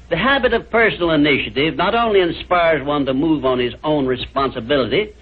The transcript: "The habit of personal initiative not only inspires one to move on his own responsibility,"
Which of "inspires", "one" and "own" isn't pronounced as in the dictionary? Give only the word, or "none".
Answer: none